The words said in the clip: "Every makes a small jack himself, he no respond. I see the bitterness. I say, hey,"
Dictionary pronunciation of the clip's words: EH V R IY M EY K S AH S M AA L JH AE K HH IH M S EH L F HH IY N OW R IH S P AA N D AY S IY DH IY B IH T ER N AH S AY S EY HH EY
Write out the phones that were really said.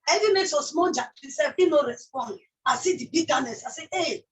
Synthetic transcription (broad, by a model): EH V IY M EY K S AH S M AA L JH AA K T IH S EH F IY N OW R IH S P AA N D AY S IY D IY B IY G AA N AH S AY S EY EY